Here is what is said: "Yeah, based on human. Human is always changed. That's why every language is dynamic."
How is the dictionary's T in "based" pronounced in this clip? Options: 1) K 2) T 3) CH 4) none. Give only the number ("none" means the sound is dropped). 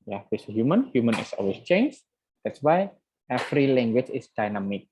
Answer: 4